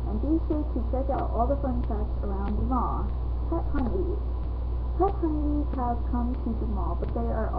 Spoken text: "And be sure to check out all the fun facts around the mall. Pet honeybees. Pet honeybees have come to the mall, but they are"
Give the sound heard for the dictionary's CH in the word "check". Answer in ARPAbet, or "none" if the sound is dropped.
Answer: S